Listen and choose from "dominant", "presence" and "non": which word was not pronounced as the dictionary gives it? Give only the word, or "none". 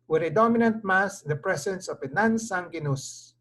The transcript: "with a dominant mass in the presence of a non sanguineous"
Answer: presence